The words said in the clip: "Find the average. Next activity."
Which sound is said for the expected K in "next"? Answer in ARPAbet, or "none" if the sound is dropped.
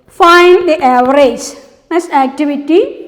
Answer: none